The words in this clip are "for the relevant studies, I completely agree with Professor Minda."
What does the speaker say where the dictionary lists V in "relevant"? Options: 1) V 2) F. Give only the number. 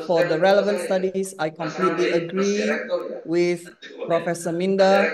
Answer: 1